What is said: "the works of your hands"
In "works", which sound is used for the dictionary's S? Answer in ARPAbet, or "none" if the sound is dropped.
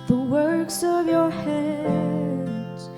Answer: S